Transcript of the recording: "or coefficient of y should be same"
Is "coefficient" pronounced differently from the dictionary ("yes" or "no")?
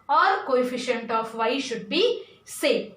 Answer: no